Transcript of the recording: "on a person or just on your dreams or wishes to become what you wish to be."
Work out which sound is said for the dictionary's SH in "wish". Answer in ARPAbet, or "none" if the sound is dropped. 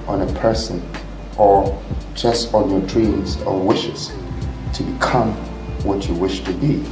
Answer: SH